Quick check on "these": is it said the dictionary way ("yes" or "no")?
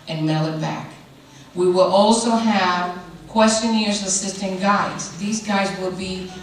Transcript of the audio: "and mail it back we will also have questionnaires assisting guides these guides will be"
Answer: yes